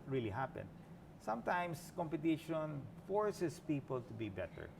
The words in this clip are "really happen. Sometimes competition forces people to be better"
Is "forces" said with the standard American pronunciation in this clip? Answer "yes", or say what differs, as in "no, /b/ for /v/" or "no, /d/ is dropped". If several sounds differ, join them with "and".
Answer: no, /s/ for /z/